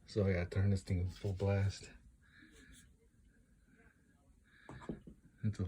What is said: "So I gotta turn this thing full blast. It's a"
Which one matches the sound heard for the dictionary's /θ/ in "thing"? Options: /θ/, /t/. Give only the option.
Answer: /t/